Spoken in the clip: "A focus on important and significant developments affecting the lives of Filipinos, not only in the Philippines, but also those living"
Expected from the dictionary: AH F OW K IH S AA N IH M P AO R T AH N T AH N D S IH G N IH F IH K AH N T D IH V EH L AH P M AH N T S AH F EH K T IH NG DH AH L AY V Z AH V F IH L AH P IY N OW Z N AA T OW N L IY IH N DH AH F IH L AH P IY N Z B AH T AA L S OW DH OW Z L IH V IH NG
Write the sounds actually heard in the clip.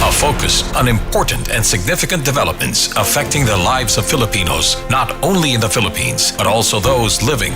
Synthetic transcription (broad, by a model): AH F OW K IH S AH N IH M P AO R T N T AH N S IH G N IH F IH K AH N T D IH V EH L AH P M AH N T S AH F EH K T IH NG DH AH L AY V Z AH V F IH L AH P IY N OW Z N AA T OW N L IY IH N DH AH F IH L AH P IY N Z B AH T AA L S OW DH OW Z L IH V IH NG